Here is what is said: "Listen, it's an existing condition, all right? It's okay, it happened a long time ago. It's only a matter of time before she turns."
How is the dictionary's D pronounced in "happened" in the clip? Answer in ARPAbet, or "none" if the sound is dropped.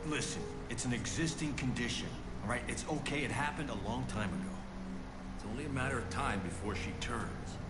D